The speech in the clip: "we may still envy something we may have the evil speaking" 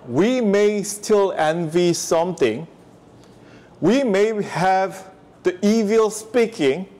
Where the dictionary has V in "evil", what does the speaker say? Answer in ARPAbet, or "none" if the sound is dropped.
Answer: V